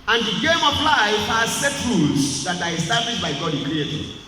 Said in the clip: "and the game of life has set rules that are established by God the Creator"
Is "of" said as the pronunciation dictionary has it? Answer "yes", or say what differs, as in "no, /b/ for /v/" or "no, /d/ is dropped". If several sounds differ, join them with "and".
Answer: no, /p/ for /v/